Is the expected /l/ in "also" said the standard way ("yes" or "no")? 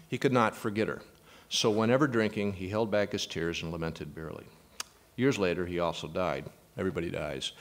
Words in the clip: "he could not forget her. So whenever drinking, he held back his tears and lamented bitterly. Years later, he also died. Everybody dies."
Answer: yes